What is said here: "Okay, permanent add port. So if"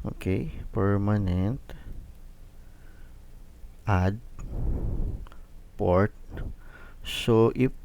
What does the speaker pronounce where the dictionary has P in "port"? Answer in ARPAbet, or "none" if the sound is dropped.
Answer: P